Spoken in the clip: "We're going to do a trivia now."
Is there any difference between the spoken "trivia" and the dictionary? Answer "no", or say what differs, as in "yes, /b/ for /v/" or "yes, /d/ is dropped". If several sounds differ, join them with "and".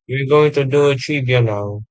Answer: yes, /b/ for /v/